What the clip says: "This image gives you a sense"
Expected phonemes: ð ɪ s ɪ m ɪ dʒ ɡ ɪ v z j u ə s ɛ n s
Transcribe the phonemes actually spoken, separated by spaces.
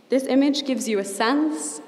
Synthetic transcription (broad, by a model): ð ɪ s ɪ m ɪ dʒ ɡ ɪ v z j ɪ ə s ɛ n s